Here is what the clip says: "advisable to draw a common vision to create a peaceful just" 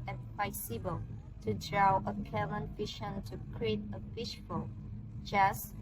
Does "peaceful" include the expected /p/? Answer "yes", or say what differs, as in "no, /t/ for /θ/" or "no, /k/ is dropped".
no, /f/ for /p/